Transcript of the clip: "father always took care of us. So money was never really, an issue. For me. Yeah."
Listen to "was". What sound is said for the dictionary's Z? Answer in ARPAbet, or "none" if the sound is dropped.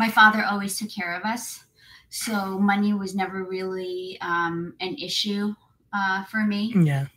Z